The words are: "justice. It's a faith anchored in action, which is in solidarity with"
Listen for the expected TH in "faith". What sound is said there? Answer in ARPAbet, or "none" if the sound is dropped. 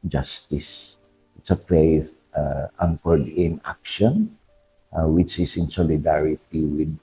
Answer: S